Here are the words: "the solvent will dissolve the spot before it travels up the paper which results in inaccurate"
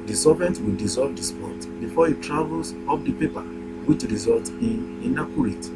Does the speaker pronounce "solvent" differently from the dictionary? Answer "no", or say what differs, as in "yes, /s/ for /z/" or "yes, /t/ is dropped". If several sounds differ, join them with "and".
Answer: yes, /l/ is dropped